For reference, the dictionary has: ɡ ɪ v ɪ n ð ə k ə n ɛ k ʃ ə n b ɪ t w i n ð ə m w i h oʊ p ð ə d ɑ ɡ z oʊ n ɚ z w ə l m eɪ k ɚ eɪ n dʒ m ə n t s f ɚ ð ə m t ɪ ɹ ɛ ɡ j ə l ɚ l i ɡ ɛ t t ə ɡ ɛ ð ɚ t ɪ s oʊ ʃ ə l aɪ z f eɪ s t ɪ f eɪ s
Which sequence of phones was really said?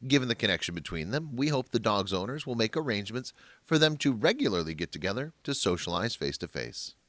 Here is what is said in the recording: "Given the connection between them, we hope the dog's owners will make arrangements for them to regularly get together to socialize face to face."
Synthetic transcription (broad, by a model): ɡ ɪ v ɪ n ð ə k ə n ɛ k ʃ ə n b ɪ t w i n ð ə m w i h oʊ p ð ə d ɑ ɡ z oʊ n ɚ z w ə l m eɪ k ɚ eɪ n dʒ m ə n t s f ɚ ð ə m t ɪ ɹ ɛ ɡ j l ɚ l i ɡ ɛ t t ə ɡ ɛ ð ɚ t ɪ s oʊ ʃ ə l aɪ z f eɪ s t ɪ f eɪ s